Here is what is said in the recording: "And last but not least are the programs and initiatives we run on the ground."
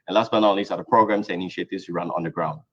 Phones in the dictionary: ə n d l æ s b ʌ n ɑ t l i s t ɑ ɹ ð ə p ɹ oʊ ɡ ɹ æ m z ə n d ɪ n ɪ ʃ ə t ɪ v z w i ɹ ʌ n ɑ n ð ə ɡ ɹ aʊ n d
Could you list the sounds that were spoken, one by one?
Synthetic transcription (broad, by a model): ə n l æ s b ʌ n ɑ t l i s ɑ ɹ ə p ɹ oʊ ɡ ɹ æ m s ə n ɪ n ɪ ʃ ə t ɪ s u ɹ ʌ n ɑ n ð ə ɡ ɹ aʊ n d